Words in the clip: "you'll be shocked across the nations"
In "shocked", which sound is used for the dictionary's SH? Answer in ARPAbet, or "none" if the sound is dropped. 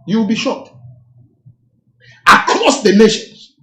SH